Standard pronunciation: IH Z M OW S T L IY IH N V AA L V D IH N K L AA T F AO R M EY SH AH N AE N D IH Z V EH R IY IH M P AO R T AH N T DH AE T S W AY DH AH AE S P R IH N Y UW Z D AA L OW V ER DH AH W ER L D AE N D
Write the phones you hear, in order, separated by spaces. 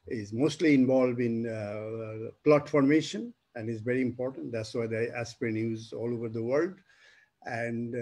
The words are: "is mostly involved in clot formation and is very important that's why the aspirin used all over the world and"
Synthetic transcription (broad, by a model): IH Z M OW S T L IY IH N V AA L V D IH N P L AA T F AO R M EY SH AH N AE N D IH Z V EH R IY IH M P AO R T AH N T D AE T S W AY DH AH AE S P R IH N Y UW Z AA L OW V ER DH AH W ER L D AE N D